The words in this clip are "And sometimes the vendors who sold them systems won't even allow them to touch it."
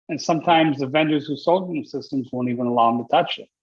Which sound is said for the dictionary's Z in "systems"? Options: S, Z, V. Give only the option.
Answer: Z